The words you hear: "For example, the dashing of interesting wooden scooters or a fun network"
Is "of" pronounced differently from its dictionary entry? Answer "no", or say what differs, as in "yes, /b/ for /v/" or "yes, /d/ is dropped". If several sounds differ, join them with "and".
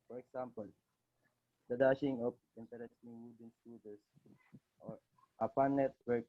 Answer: yes, /p/ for /v/